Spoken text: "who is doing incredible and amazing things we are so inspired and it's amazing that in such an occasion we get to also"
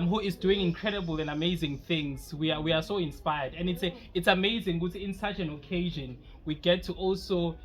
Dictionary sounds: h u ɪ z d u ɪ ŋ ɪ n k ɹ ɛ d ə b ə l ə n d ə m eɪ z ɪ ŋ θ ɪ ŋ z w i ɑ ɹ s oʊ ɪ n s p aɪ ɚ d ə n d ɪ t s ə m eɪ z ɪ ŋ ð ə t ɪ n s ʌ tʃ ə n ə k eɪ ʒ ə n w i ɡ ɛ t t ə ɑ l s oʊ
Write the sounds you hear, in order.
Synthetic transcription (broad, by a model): h u ɪ z d u ɪ ŋ ɪ n k ɹ ɛ d ə b ə l ə n d ə m eɪ z ɪ ŋ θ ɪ ŋ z w i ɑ w s oʊ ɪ n s p aɪ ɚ d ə n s ɪ t s ə m eɪ z ɪ ŋ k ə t ɪ n s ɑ tʃ ə n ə k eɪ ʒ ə n w i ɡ ɛ t t ɑ l s oʊ